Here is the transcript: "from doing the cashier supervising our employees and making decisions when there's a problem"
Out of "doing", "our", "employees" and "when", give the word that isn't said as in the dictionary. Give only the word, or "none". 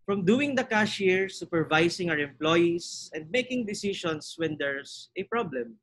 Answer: employees